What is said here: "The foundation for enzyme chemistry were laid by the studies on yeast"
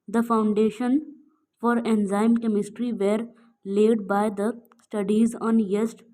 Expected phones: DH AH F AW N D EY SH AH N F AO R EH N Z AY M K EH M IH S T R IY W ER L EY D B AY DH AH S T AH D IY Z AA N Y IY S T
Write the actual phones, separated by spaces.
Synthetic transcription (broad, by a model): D AH F AW N D EY SH AH N F AO R EH N Z AY M K EH M IH S T R IY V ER L EY D B AY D AH S T AH D IY Z AA N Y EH S T